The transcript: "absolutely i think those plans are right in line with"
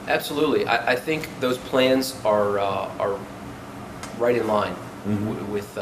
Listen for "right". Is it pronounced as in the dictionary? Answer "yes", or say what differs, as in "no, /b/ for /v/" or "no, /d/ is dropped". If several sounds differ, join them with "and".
yes